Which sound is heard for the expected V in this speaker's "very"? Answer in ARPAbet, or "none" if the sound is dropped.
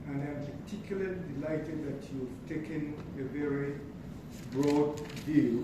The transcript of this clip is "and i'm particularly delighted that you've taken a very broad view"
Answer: V